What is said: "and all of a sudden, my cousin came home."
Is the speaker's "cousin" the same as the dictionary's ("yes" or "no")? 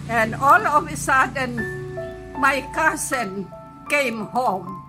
no